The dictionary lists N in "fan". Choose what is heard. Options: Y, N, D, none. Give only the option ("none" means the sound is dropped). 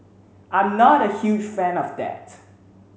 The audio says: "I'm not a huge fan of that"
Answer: N